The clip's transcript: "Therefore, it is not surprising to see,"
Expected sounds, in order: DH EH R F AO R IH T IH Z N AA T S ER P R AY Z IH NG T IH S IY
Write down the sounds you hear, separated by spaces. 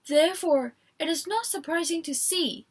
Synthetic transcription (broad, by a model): DH EH R F AO R IH T IH Z N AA T S ER P R AY Z IH NG T IH S IY